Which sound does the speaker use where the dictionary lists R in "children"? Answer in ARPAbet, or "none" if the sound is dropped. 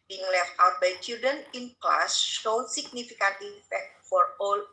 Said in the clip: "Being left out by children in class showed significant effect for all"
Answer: none